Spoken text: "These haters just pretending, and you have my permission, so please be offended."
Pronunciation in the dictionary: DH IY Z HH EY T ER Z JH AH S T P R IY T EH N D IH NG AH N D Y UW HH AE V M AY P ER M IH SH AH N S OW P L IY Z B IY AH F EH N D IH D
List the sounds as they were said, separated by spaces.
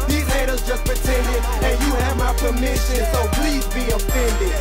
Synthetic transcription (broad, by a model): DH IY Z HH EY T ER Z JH AH S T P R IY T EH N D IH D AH N Y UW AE V M AY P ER M IH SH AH N S OW P L IY Z B IY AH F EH N D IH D